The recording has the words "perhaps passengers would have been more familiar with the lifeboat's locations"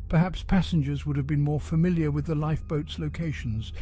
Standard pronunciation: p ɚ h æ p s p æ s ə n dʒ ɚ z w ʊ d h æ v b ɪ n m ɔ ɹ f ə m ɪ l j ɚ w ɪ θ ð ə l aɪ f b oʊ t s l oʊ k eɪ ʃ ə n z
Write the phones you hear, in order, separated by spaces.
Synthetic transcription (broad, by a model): p ɚ h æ p s p æ s ə n dʒ ɚ z w ʊ d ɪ v b ɪ n m ɔ ɹ f ə m ɪ l j ɚ w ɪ ð ə l aɪ f b oʊ t s l oʊ k eɪ ʃ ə n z